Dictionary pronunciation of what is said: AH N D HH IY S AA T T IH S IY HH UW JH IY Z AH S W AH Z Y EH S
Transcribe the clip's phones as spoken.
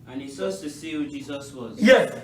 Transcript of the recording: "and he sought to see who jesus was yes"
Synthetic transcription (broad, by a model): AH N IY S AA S T IH S IY HH UW JH IY Z AH S W AH Z Y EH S